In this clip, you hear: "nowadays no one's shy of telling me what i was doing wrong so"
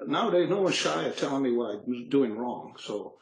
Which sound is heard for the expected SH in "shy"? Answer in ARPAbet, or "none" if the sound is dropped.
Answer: SH